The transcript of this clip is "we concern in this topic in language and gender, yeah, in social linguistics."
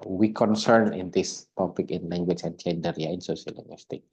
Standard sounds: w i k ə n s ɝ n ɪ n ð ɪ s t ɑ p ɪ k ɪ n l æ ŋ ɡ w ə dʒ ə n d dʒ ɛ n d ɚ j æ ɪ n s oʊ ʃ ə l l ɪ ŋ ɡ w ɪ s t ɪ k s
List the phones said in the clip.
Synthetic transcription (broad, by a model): w i k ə n s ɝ n ɪ n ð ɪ s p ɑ b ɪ k ɪ n l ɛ ŋ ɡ w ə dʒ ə n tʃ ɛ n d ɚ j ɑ ɪ n s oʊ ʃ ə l l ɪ ŋ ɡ w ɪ s t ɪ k